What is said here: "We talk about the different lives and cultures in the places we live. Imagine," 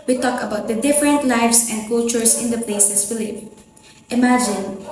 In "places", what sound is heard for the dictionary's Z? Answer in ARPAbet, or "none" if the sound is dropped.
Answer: S